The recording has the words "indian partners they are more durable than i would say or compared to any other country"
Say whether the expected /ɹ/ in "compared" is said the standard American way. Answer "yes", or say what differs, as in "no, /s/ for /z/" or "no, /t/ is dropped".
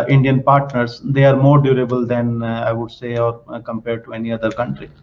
yes